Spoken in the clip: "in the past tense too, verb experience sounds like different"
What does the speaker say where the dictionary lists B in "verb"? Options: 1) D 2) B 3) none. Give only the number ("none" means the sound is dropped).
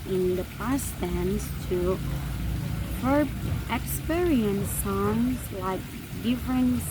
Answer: 3